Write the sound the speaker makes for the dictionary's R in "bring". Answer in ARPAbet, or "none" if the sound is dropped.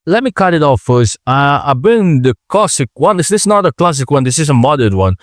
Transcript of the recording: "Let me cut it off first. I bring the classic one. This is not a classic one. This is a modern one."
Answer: none